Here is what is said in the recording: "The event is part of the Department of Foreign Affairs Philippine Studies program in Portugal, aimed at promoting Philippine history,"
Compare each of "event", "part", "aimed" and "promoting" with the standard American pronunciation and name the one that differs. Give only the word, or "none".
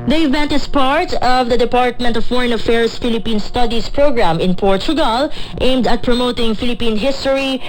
none